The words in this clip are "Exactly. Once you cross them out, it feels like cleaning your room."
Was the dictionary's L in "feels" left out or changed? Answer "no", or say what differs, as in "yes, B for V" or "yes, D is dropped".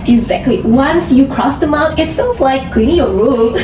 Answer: yes, N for L